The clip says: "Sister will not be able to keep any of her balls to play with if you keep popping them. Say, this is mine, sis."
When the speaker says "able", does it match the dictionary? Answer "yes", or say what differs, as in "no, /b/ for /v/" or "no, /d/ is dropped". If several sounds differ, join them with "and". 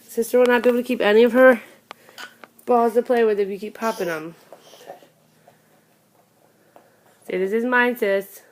no, /b/ is dropped